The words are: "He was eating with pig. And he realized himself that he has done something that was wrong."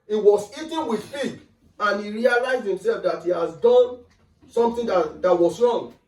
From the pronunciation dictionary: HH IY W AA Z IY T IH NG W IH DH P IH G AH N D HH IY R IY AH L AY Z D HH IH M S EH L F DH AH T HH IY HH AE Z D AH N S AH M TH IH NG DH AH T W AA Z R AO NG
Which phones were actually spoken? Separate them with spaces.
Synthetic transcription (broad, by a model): IY W AA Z IY T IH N W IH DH F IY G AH N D IY R IY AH L AY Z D HH IH M S EH L F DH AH T HH IY HH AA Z D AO N S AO M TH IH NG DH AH T W AA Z R AO NG